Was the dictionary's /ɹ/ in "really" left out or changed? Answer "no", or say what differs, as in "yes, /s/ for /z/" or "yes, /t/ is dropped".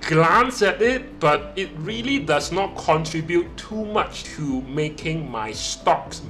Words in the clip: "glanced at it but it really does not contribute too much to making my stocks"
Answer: no